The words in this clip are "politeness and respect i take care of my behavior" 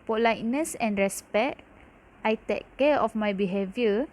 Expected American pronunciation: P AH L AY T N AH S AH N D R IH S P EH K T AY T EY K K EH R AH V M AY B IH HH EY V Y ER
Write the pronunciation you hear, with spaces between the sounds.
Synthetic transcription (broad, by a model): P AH L AY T N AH S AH N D R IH S P EH T AY T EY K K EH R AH F M AY B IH HH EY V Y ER